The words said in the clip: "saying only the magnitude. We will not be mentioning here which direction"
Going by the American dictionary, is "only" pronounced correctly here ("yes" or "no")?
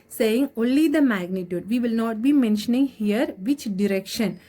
yes